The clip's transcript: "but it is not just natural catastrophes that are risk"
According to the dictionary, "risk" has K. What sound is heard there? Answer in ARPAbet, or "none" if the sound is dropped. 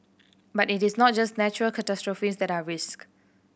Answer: K